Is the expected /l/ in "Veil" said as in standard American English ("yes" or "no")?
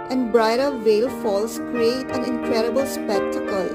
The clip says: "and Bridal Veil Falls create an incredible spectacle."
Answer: yes